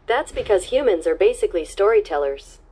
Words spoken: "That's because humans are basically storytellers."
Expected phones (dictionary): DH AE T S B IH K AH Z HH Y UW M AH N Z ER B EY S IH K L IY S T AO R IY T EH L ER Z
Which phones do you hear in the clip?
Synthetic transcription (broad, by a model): DH AE T S B IH K AH Z HH Y UW M AH N Z ER B EY S IH K L IY S T AO R IY T EH L ER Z